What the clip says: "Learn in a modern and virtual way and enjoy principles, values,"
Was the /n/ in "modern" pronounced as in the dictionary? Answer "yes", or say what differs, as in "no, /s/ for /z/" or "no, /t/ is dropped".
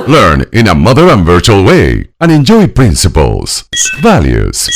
no, /n/ is dropped